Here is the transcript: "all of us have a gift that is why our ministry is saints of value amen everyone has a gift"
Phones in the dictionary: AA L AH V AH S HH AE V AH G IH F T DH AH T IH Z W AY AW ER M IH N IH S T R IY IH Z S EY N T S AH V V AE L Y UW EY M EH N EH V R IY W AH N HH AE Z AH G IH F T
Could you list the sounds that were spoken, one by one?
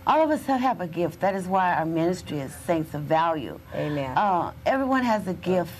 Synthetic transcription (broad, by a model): AA L AH V AH S HH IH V AH G IH F T DH AH T IH Z W AY AW ER M IH N IH S T R IY IH Z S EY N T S AH V V AE L Y UW EY M EH N EH V R IY W AH N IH Z AH G IH F T